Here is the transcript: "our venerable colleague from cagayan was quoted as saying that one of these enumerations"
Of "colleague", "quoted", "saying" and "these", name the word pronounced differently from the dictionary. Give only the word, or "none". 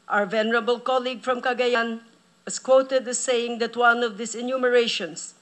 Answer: these